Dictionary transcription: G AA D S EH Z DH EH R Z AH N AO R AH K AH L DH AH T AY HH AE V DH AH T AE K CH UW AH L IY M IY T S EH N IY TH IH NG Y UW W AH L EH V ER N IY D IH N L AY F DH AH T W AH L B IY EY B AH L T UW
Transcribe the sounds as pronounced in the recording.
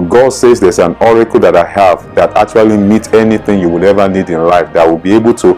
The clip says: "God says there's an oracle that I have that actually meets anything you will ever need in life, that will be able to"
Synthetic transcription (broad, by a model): G AA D S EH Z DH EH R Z AH N AO R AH K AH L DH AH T AY HH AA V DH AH T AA K CH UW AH L IY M IY T EH N IY TH IH NG Y UW W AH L EH V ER N IY D IH N L AY F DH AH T W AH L B IY EY B AH L T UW